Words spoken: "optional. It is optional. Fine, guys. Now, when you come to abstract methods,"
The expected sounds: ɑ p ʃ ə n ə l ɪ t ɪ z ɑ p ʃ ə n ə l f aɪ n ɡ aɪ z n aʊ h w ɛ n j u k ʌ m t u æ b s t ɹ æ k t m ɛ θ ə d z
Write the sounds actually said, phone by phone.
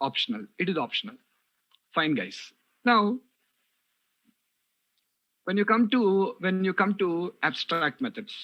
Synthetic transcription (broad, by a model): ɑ p ʃ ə n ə l ɪ t ɪ z ɑ p ʃ ə n ə l f aɪ n ɡ aɪ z n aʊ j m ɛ n j u k ʌ m t u æ b s t ɹ æ k t m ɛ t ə d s